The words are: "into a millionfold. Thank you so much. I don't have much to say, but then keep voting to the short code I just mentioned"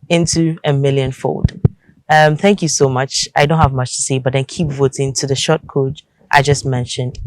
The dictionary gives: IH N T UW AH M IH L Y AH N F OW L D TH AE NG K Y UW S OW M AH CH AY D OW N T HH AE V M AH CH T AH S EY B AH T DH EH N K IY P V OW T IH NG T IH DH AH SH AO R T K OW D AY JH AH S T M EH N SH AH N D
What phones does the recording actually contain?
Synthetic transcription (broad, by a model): IH N T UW AH M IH L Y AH N F OW L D TH AE NG K Y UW S OW M AH CH AY D OW N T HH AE V M AH CH T AH S EY B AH T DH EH N K IY P V OW T IH NG T IH DH AH SH AO T K OW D AY JH AH S T M EH N SH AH N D